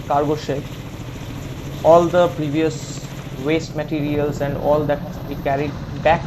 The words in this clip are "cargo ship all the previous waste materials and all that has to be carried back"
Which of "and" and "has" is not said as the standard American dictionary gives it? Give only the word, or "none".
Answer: has